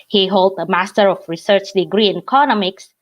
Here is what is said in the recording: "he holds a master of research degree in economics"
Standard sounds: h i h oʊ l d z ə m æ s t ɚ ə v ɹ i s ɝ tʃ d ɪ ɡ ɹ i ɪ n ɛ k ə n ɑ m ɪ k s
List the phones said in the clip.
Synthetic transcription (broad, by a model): h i h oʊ l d ə m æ s t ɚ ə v ɹ i s ɝ tʃ d ɪ ɡ ɹ i ɪ n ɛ k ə n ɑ m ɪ k s